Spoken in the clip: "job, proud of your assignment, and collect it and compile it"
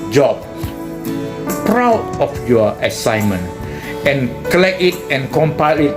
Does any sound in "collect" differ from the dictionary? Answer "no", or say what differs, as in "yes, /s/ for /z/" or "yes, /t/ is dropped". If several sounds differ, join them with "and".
yes, /t/ is dropped